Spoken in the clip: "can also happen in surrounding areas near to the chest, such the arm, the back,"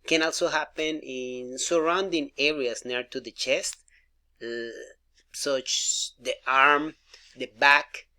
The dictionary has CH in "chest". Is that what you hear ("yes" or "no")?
yes